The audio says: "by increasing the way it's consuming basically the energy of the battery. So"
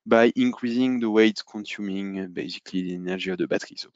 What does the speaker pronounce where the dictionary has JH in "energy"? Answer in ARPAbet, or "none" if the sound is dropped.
ZH